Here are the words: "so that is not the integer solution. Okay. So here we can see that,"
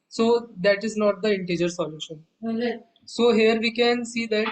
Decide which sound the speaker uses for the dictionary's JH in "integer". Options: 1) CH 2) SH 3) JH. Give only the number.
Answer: 3